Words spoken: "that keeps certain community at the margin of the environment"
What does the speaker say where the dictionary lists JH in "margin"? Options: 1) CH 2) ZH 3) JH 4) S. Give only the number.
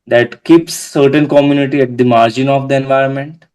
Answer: 3